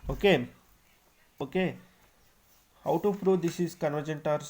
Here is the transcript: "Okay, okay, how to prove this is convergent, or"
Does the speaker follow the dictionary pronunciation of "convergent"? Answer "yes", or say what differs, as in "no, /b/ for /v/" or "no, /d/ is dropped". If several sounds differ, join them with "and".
yes